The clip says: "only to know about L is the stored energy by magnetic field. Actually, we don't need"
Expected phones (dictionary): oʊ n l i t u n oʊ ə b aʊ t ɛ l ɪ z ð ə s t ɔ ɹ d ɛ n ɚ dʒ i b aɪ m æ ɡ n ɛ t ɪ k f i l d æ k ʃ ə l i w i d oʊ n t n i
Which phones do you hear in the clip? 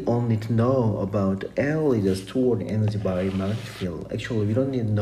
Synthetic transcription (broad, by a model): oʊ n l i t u n oʊ ə b aʊ t ɛ l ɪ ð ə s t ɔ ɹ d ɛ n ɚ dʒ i b aɪ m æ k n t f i l æ k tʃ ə l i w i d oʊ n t n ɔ